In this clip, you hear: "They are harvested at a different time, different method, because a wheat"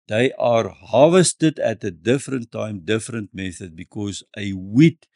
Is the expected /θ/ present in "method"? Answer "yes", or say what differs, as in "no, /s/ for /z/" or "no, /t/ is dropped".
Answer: yes